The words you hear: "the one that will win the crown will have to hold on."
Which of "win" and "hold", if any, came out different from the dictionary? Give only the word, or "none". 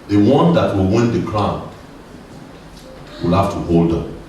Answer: none